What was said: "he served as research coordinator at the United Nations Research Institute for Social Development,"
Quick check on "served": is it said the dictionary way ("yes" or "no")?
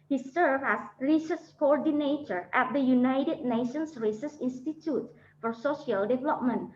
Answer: no